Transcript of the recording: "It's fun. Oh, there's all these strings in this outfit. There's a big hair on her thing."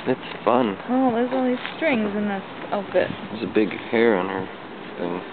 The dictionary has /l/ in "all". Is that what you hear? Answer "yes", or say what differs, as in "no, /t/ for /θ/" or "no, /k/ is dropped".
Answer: no, /n/ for /l/